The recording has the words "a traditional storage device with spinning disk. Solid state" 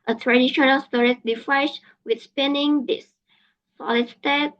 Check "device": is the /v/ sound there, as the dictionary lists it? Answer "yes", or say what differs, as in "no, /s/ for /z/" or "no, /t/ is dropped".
no, /f/ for /v/